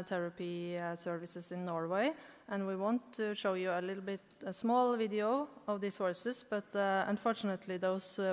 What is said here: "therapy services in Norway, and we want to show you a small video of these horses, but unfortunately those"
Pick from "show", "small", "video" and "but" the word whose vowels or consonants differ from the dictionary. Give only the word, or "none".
none